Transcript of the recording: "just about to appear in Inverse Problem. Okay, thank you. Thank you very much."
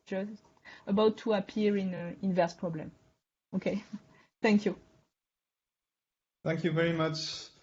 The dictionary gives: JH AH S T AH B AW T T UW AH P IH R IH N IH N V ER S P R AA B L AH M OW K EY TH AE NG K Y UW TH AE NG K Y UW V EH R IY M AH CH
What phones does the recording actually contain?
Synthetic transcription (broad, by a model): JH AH S T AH B AW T T UW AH P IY R IH N IH N V ER S P R AA B L AH M OW K EY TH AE NG K Y UW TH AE NG K Y UW V EH R IY M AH CH